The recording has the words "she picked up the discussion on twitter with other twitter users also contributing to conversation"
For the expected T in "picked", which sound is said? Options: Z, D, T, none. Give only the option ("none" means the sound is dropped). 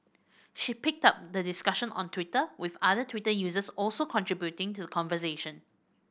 T